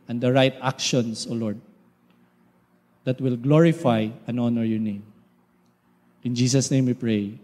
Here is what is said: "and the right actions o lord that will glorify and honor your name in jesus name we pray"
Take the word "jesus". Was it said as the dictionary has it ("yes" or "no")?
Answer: no